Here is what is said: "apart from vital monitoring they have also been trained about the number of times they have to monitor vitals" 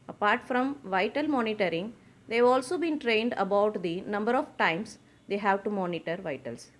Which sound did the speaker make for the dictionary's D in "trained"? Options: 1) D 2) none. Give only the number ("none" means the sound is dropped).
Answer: 1